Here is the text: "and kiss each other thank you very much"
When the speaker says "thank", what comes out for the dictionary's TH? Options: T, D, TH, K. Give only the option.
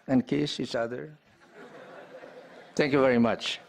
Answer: T